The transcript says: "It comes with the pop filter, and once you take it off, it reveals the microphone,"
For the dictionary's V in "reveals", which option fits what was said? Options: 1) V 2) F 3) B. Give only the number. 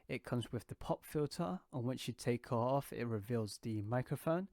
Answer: 1